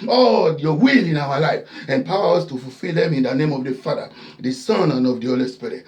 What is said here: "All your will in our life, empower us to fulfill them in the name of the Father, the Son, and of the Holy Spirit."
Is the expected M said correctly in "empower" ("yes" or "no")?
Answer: no